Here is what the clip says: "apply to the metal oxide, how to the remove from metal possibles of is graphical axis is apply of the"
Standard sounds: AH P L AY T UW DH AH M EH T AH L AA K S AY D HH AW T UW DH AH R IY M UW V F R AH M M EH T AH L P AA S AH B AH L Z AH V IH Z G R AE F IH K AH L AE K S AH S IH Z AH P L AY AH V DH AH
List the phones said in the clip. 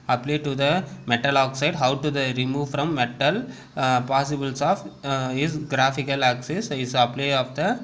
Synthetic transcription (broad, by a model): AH P L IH T UW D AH M EH T AH L AA K S AY D HH AW T UW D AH R IY M UW V F R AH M M EH T AH L P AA S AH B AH L S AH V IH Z G R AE F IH K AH L AE K S AH S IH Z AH P L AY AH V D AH